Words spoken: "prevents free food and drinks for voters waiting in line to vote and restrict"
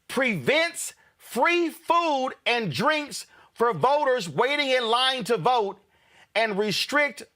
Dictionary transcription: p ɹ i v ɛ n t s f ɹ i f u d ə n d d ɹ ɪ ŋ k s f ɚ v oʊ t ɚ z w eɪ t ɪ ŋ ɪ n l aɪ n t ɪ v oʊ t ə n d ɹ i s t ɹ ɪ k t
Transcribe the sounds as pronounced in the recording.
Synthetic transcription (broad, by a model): p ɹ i v ɛ n t s f ɹ i f u d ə n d d ɹ ɪ ŋ k s f ɚ v oʊ t ɚ z w eɪ t ɪ ŋ ɪ n l aɪ n t ɪ v oʊ t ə n ɹ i s t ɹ ɪ k t